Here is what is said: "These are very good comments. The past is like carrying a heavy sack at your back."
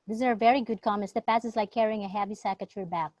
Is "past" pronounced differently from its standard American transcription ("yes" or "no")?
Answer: yes